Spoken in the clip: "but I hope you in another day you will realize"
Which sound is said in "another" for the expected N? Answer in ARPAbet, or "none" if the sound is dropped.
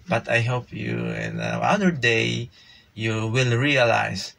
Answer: none